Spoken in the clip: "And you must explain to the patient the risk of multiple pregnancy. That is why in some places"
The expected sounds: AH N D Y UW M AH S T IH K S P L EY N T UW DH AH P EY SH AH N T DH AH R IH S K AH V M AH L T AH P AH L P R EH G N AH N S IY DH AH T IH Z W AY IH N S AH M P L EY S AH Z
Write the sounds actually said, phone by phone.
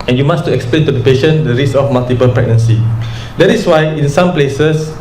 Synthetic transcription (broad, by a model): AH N Y UW M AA S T IH K S P L EY N T UW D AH P EY SH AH N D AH R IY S AH F M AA L T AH P AH L P R EH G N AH N S IY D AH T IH S W AY IH N S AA M P L EY S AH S